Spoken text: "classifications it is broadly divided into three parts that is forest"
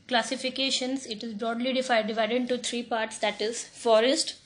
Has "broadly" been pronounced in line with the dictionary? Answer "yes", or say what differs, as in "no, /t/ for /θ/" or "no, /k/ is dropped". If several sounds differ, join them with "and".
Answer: yes